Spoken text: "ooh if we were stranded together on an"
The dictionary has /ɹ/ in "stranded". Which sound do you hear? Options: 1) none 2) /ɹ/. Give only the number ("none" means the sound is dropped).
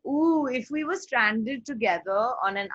2